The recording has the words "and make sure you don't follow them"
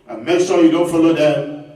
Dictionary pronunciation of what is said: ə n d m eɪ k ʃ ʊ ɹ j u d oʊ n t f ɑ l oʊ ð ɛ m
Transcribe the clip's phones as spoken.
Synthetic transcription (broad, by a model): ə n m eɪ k s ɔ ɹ j u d oʊ n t f ɑ l oʊ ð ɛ